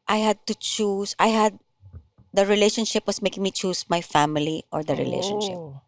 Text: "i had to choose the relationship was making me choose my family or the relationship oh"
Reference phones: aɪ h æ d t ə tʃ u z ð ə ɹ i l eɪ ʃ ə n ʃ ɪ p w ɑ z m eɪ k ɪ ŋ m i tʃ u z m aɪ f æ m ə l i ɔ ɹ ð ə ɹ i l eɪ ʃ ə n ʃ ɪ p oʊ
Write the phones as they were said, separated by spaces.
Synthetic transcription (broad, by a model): aɪ h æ d t ə tʃ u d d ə ɹ i l eɪ ʃ ə n ʃ ɪ p w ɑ s m eɪ k ɪ ŋ m i tʃ u s m aɪ f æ m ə l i ɔ ɹ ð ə ɹ i l eɪ ʃ ə n ʃ ɪ p